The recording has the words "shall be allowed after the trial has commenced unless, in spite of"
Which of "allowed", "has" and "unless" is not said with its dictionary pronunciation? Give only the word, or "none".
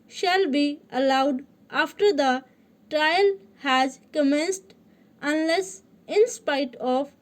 none